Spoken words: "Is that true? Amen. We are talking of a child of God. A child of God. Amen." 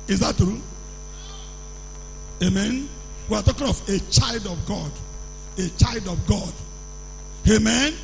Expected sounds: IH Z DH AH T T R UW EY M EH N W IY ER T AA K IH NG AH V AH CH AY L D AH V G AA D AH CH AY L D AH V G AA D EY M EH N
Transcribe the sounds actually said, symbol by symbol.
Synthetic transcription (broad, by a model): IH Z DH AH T T R UW EY M EH N W IY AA T AA K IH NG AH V AH CH AY L D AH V G AA D AH CH AY L D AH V G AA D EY M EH N